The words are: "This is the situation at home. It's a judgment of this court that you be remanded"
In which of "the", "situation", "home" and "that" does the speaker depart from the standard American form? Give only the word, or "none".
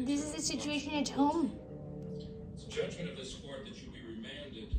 home